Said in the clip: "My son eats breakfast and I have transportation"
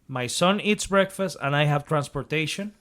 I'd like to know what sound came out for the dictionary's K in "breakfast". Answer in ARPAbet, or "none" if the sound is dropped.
K